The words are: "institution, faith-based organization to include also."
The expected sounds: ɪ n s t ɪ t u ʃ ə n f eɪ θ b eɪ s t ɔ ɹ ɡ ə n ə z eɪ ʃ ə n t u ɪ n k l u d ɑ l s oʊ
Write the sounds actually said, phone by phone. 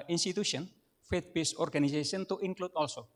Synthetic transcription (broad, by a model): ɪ n s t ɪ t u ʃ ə n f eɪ t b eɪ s ɔ ɹ ɡ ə n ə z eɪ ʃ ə n t u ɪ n k l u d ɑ l s oʊ